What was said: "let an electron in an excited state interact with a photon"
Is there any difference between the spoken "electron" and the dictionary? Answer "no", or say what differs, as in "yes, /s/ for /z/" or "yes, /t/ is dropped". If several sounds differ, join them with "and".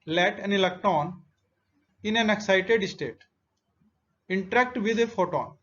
yes, /ɹ/ is dropped